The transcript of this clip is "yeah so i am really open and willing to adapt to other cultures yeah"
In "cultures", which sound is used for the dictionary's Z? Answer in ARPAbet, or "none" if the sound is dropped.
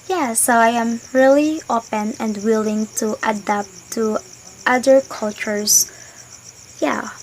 S